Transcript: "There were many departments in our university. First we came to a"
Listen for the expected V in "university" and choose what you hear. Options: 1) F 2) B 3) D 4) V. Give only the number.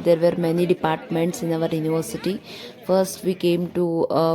4